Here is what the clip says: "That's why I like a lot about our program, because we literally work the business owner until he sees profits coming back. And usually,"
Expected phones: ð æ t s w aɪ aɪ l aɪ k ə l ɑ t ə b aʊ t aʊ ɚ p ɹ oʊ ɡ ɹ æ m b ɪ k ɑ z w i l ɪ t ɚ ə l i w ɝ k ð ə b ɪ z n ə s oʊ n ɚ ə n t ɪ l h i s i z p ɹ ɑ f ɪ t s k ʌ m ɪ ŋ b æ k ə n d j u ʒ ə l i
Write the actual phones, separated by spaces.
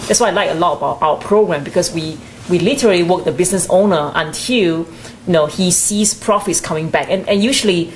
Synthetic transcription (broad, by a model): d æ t s w aɪ aɪ l aɪ k ə l ɑ t ə b aʊ t aʊ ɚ p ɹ oʊ ɡ ɹ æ m b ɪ k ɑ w w i l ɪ t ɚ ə l i w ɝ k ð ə b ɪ s n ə s oʊ n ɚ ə n t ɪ l h i s i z p ɹ ɑ f ɪ t s k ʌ m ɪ ŋ b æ k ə n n j u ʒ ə l i